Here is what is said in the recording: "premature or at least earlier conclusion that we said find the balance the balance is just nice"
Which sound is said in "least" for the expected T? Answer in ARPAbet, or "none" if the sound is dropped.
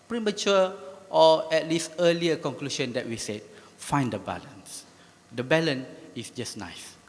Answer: T